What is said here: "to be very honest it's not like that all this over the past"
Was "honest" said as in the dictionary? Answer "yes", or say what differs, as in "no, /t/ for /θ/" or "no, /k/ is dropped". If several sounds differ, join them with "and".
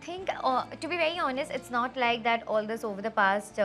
yes